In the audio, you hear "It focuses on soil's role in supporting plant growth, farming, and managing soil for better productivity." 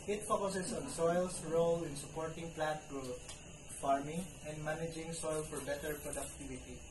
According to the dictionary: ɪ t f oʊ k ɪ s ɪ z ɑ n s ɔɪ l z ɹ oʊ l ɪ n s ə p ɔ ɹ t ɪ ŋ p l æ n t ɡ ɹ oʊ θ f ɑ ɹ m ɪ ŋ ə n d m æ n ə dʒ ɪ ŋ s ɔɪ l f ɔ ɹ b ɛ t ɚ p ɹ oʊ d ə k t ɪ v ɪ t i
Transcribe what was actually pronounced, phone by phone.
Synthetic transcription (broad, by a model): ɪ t p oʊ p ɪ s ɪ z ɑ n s ɔɪ l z ɹ oʊ l ɪ n s ə p ɔ ɹ t ɪ ŋ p l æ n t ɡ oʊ f ɑ ɹ m ɪ ŋ ə n d m æ n ə dʒ ɪ ŋ s ɔɪ l f ɔ ɹ b ɛ t ɚ p ɹ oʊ d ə k t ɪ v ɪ t i